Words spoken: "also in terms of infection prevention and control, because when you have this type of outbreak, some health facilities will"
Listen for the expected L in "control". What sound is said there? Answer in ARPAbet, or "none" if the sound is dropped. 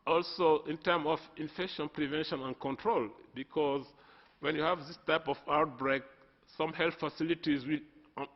L